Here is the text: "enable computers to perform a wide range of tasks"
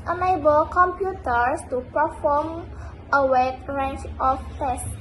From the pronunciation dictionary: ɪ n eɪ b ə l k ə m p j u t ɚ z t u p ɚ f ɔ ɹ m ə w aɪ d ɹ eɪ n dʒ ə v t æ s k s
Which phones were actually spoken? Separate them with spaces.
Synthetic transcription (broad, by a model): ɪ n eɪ b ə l k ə m p j u t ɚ s t u p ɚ f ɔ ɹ m ə w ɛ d ɹ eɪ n tʃ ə f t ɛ s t